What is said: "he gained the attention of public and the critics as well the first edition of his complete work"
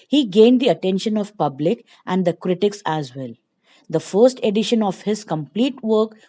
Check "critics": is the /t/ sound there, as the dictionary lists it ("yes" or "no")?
yes